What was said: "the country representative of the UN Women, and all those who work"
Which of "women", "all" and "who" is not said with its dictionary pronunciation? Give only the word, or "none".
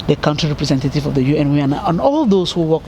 women